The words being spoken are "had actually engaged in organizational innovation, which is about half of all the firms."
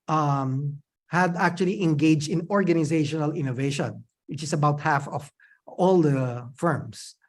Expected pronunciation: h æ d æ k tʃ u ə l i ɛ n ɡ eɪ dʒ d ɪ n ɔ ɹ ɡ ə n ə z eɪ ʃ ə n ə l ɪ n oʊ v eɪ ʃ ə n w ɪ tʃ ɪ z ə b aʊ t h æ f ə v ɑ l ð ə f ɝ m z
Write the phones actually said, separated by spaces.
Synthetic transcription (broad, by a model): h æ d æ k tʃ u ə l i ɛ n ɡ eɪ dʒ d ɪ n ɔ ɹ ɡ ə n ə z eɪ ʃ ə n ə l ɪ n oʊ v eɪ ʃ ə n w ɪ tʃ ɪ s ə b aʊ t h æ f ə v ɑ l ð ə f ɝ m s